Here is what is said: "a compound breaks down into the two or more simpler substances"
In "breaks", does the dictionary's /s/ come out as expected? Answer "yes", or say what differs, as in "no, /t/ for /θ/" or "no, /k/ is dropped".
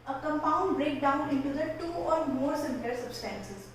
no, /s/ is dropped